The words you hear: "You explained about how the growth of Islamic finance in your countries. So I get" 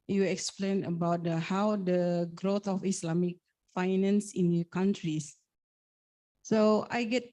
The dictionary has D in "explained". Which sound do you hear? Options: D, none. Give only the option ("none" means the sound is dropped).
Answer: none